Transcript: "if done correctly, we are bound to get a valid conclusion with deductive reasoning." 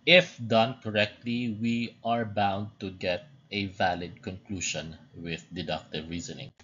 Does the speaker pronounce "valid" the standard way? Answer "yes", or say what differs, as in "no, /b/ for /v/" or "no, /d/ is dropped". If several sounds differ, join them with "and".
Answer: yes